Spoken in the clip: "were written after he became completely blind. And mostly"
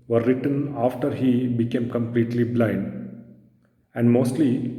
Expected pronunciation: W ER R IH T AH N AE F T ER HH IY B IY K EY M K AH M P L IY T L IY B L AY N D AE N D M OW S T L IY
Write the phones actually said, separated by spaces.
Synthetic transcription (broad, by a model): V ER R IH T AH N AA F T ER HH IY B IY K EY M K AH M P L IY T L IY B L AY N D AE N D M OW S T L IY